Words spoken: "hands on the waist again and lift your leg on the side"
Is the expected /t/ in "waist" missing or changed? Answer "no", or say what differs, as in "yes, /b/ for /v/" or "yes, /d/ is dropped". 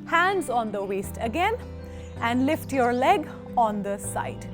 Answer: no